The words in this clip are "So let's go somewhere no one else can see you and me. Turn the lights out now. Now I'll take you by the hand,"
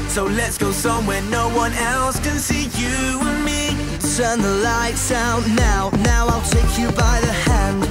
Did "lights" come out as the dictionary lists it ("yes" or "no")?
yes